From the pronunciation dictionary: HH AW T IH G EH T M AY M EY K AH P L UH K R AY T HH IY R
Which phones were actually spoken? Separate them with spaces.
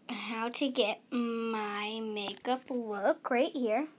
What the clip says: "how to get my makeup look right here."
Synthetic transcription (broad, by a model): HH AW T IH G EH T M AY M EY K AH P W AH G R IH T HH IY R